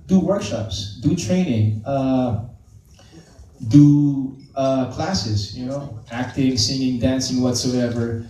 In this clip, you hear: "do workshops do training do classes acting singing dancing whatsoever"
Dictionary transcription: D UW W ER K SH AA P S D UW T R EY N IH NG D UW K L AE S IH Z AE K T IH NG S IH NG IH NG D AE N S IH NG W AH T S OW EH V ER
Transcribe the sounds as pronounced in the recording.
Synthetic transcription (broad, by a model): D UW W ER K SH AA P S D UW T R EY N IH NG D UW K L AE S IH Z AE K T IH NG S IH NG IH NG D AE N S IH NG W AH T S OW EH V ER